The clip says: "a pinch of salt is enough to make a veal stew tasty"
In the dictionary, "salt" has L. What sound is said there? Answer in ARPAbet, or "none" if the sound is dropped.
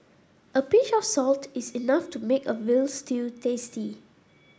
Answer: L